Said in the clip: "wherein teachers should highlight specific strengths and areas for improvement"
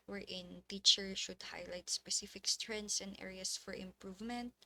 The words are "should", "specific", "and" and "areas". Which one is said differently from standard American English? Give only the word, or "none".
areas